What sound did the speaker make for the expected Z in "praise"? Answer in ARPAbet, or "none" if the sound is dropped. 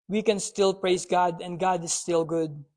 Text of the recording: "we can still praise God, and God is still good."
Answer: S